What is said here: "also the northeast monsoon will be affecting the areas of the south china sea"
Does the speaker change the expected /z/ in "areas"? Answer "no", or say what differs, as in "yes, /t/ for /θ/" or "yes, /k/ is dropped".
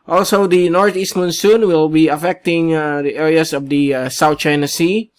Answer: yes, /s/ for /z/